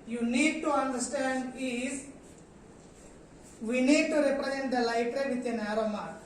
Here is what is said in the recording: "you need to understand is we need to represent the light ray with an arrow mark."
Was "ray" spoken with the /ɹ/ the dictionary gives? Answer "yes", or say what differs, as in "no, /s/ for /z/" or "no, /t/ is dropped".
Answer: yes